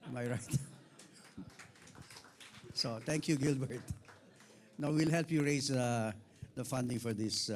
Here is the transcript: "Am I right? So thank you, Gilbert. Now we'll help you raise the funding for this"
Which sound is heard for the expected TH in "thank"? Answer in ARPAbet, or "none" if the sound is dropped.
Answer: T